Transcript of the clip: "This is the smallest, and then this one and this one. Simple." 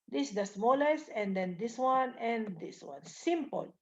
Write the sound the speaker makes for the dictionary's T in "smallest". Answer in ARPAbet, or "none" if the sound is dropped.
none